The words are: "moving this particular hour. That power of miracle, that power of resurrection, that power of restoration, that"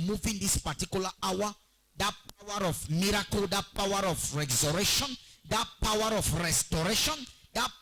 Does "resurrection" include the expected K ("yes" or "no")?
no